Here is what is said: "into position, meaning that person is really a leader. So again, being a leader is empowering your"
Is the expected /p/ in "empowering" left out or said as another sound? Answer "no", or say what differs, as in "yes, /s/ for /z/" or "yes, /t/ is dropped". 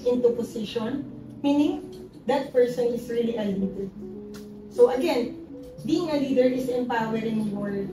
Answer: no